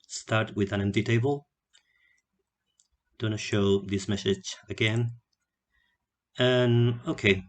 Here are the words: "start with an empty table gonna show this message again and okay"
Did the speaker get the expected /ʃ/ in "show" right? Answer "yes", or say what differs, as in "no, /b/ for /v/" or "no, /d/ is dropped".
yes